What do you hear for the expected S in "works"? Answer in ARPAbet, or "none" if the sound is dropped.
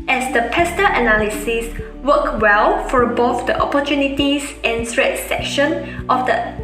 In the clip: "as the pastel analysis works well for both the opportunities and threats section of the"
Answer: none